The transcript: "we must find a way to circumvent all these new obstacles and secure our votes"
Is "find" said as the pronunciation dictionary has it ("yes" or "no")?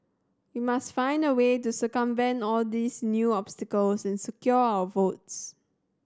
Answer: yes